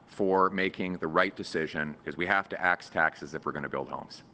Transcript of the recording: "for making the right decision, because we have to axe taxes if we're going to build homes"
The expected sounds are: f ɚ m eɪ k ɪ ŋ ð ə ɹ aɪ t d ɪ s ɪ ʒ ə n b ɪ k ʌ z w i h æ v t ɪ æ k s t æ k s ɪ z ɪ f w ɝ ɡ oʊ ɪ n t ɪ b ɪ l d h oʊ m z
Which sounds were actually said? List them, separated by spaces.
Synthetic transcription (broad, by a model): f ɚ m eɪ k ɪ ŋ ð ə ɹ aɪ t d ɪ s ɪ ʒ ə n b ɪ k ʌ z w i h æ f t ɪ æ k s t æ k s ɪ z ɪ f w ɝ ɡ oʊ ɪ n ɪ b ɪ l d h oʊ m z